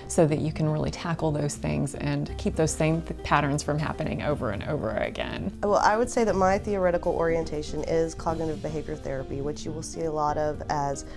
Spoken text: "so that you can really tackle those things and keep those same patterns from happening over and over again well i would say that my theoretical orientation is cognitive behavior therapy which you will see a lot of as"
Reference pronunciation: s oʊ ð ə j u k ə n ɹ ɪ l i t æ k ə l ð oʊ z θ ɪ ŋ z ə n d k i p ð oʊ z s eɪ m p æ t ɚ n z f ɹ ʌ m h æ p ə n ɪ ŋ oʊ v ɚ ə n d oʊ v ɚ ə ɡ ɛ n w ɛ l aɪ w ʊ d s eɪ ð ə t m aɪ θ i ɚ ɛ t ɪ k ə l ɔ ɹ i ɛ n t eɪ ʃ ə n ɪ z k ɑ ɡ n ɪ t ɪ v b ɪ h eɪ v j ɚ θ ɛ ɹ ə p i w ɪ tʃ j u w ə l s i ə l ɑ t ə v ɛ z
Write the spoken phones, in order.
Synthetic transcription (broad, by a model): s oʊ ð ə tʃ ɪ k ə n ɹ ɪ l i t æ k l ð oʊ z θ ɪ ŋ z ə n k i p ð oʊ z s eɪ m p æ t ɚ n z f ɹ ʌ m h æ p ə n ɪ ŋ oʊ v ɚ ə n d oʊ v ɚ ə ɡ ɛ n w ɛ l aɪ w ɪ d s eɪ ð ə t m aɪ θ i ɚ ɛ t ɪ k l ɔ ɹ i ɛ n t eɪ ʃ ə n ɪ z k ɑ ɡ n ɪ t ɪ v b ɪ h eɪ v j ɚ θ ɛ ɹ ə p i w ɪ tʃ j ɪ w ə l s i ə l ɑ t ə v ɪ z